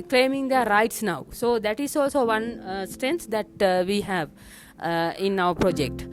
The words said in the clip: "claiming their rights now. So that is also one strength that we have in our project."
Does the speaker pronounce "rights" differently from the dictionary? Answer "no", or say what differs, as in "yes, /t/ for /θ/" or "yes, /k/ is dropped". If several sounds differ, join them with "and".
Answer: no